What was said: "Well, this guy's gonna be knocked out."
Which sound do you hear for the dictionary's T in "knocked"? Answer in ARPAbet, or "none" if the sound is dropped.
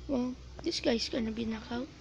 none